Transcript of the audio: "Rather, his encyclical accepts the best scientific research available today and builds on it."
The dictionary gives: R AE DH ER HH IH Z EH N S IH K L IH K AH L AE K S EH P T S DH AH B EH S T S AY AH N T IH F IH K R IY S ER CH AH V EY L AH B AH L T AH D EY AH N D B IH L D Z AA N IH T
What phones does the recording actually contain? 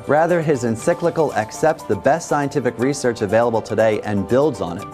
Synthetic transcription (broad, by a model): R AE DH ER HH IH Z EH N S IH K L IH K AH L AE K S EH P T S DH AH B EH S T S AY AH N T IH F IH K R IY S ER CH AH V EY L AH B L T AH D EY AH N B IH L D Z N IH T